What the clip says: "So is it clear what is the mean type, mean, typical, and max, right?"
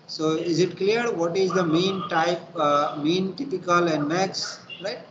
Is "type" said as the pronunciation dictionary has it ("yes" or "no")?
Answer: yes